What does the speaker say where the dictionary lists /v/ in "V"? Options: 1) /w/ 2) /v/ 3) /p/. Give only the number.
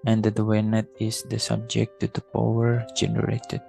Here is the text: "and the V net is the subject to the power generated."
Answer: 1